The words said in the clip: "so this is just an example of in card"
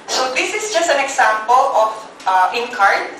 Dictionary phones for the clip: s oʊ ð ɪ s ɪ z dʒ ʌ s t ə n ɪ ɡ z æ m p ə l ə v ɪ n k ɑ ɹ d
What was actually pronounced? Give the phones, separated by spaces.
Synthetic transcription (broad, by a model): s oʊ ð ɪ s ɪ s dʒ ʌ s t ə n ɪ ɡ s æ m p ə l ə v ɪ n k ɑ ɹ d